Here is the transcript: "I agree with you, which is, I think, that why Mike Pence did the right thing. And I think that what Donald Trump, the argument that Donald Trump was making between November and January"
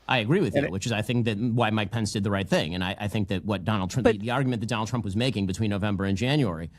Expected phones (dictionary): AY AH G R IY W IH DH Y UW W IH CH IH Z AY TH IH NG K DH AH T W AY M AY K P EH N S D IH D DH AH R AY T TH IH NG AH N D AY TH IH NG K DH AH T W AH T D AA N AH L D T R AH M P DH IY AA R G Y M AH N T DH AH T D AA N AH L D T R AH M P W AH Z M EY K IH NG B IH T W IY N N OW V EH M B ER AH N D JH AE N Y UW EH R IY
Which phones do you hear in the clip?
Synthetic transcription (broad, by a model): AY AH G R IY W IH DH Y UW W IH CH IH Z AY TH IH NG K DH AH T W AY M AY K P EH N S D IH D DH AH R AY T TH IH NG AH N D AY TH IH NG K DH AH T W AH T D AA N L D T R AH DH IY AA R G Y M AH N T DH AH T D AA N L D T R AH M P W AH Z M EY K IH NG B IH T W IY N N OW V EH M B ER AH N JH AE N Y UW EH R IY